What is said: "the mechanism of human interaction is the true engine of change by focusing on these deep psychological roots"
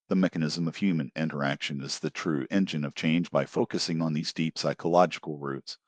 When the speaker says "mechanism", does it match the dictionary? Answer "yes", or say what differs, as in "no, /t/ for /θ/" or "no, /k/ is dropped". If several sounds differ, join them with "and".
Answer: yes